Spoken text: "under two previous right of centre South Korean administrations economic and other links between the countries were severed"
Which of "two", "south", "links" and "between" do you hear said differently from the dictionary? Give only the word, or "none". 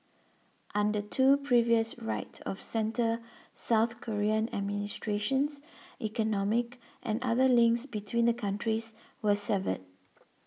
none